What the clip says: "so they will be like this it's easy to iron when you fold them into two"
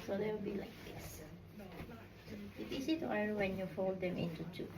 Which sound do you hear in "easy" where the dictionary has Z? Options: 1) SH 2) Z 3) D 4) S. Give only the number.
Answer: 4